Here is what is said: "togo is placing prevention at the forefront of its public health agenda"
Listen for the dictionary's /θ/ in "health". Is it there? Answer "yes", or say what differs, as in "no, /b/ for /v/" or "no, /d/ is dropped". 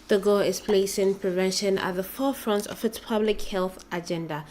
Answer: yes